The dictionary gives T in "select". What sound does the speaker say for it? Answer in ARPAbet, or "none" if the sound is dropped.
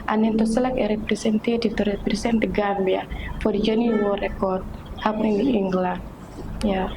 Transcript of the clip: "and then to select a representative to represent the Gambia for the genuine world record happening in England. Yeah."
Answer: none